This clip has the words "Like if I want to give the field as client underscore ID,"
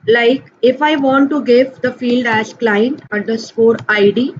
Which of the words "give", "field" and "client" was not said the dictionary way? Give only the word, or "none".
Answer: none